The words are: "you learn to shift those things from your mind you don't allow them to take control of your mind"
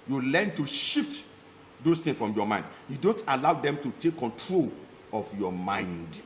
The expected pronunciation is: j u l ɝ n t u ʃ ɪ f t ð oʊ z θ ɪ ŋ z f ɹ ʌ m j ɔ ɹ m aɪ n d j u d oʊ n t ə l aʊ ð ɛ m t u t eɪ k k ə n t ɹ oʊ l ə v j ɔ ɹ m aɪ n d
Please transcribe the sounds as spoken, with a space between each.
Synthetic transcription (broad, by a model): j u l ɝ n t u ʃ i f t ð oʊ s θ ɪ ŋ s f ɹ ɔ m j ɔ m aɪ n d j u d oʊ n t ə l aʊ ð ɛ m t u t eɪ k k ə n t ɹ oʊ l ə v j ɔ m aɪ n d